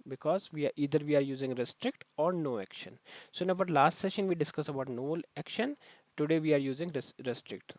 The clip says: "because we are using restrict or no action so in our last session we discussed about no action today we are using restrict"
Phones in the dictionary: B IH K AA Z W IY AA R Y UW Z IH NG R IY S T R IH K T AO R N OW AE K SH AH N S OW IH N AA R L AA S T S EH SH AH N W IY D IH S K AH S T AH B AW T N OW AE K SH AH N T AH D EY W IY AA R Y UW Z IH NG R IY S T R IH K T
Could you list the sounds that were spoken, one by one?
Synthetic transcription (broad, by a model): B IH K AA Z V IY AA R Y UW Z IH NG R IY S T R IH K T AO R N OW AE K SH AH N S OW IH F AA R L AA S T S EH SH AH N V IY D IH S K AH S AH B AW T N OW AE K SH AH N T AH D EY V IY AA R Y UW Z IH NG R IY S T R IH K T